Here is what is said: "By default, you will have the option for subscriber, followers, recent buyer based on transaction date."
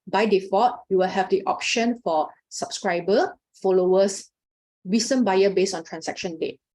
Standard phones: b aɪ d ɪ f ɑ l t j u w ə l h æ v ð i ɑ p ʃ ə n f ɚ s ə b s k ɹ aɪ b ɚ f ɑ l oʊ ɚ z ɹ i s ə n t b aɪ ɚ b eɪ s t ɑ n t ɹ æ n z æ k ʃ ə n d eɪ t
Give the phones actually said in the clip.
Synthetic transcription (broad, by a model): b aɪ d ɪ f ɑ t j u w ə l h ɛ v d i ɑ p ʃ ə n f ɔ s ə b s k ɹ aɪ b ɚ f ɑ l oʊ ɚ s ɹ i s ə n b aɪ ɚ b eɪ s ɑ n t ɹ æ n s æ k ʃ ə n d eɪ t